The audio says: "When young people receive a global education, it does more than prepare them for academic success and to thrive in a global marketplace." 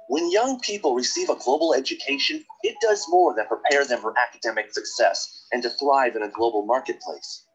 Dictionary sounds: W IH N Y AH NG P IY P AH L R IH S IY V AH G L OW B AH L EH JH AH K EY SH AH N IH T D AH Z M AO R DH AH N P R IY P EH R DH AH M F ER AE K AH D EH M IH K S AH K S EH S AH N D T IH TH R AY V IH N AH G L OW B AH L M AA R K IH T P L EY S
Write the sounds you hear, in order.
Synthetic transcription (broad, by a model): W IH N Y AH NG P IY P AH L R IH S IY V AH G L OW B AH L EH JH AH K EY SH AH N IH T D AH Z M AO R DH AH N P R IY P EH R DH AH M F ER AE K AH D EH M IH K S AH K S EH S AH N T IH TH R AY V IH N AH G L OW B L M AA R K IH T P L EY S